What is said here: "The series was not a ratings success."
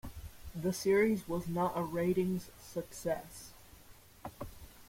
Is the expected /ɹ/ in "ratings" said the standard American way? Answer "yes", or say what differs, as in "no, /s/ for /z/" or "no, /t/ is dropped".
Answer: yes